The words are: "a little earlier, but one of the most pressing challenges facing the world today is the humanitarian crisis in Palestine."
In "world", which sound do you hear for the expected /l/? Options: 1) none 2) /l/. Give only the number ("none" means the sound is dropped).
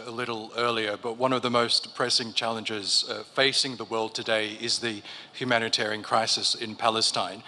2